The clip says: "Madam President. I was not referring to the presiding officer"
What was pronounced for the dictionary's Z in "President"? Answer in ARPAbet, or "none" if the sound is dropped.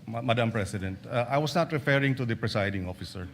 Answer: S